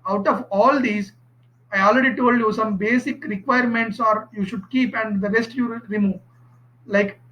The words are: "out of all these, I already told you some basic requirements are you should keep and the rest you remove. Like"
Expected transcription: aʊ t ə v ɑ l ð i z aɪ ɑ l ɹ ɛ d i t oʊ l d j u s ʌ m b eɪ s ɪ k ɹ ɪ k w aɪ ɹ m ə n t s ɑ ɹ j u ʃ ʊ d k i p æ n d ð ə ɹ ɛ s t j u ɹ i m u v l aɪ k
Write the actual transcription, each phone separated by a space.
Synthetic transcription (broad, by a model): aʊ t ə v ɑ l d i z aɪ ɑ l ɹ ɛ d i t oʊ l d j u s ʌ m b eɪ s ɪ k ɹ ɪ k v aɪ ɹ m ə n t s ɑ ɹ j u ʃ ʊ d k i p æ n d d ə ɹ ɛ s t j u ɹ i m u v l aɪ k